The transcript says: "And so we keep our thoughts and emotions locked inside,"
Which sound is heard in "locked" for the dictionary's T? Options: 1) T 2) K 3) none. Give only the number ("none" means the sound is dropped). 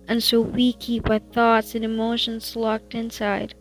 1